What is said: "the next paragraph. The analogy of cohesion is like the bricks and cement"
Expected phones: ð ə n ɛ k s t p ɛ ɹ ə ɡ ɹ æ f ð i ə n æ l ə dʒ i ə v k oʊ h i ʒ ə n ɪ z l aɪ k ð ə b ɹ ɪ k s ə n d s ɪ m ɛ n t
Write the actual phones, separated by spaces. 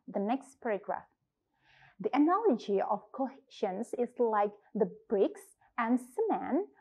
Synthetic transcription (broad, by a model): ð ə n ɛ k s t p ɛ ɹ ə ɡ ɹ æ f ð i ə n æ l ə dʒ i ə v k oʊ h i ʃ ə n ɪ z l aɪ k ð ə b ɹ ɪ k s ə n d s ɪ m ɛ n